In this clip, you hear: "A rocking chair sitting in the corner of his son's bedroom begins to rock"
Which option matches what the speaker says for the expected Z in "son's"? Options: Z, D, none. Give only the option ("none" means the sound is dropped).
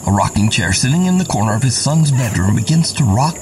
Z